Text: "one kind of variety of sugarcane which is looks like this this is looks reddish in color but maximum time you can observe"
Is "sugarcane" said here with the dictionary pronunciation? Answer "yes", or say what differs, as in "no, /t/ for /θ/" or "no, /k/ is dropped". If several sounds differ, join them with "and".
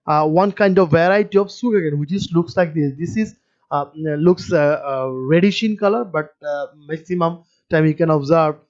no, /s/ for /ʃ/